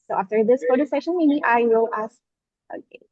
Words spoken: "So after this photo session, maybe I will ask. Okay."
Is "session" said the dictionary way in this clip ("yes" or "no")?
yes